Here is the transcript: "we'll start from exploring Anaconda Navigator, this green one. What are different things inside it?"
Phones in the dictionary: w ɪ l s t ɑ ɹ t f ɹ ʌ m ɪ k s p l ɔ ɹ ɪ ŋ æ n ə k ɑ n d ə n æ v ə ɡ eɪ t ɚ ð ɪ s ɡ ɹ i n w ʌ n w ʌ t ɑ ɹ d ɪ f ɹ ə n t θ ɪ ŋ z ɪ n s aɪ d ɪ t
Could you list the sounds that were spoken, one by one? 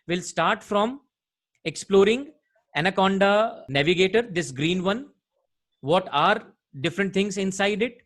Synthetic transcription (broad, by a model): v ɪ l s t ɑ ɹ t f ɹ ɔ m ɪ k s p l ɔ ɹ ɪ ŋ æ n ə k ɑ n d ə n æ v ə ɡ eɪ t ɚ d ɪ s ɡ ɹ i n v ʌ n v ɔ t ɑ ɹ d ɪ f ɹ ə n t t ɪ ŋ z ɪ n s aɪ d ɪ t